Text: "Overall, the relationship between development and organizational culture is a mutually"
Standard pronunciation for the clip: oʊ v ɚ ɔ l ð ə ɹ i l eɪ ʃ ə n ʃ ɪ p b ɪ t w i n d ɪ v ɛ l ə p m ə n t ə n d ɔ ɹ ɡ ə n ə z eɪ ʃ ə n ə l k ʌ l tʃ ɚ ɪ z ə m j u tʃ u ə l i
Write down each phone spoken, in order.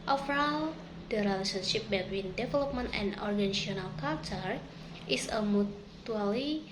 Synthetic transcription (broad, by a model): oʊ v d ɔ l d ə ɹ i l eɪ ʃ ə n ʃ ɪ p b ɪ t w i n d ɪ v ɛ l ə p m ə n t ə n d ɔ ɹ ɡ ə n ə s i ə n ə l k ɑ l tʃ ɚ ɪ s ə m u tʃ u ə l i